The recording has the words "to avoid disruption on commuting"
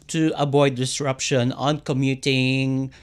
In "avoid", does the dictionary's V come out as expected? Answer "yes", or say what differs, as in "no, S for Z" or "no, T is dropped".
no, B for V